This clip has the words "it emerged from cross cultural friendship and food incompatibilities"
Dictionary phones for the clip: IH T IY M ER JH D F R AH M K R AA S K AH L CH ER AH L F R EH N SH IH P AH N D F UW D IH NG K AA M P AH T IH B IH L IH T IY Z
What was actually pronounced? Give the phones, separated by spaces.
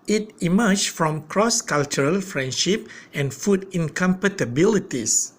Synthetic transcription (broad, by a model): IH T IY M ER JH F R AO M K R AA S K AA L CH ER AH L F R EH N SH IH P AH N F UW D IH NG K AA M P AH T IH B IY L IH T IY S